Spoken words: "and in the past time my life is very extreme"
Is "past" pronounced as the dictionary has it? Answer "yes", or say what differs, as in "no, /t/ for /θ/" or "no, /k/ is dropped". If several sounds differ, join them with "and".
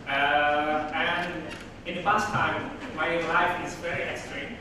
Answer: no, /f/ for /p/